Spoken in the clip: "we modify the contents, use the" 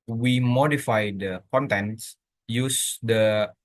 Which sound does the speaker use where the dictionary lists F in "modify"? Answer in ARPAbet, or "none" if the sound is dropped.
F